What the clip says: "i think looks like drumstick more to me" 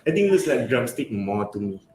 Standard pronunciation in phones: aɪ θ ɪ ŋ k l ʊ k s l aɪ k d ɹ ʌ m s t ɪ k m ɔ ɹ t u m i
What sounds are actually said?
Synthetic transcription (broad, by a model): aɪ t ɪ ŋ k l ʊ s l aɪ k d ɹ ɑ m s t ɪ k m ɔ t u m i